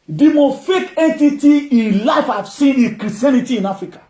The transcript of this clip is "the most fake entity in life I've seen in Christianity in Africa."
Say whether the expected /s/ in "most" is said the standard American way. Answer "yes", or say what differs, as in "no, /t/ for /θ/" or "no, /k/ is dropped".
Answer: no, /s/ is dropped